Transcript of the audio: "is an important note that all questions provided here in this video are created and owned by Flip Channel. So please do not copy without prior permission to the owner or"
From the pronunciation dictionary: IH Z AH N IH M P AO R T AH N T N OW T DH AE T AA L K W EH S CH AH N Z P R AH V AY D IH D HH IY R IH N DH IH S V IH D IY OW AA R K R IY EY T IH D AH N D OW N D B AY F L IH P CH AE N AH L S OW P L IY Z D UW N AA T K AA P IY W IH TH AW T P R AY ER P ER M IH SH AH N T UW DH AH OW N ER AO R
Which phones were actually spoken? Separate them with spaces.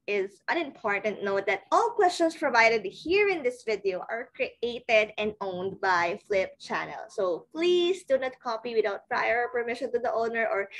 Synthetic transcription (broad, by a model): IH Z AH N IH M P AO R T AH N T N OW T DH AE T AA L K W EH S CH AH N S P R AH V AY D IH D HH IY R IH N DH IH S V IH D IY OW AA R K R IY EY T IH D AH N D OW N D B AY F L IH P CH AE N AH L S OW P L IY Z D UW N AA T K AA P IY W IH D AW T P R AY ER P ER M IH SH AH N T UW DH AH OW N ER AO R